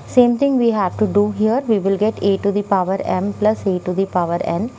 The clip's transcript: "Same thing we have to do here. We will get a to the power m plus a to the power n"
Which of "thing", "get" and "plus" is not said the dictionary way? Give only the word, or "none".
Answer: thing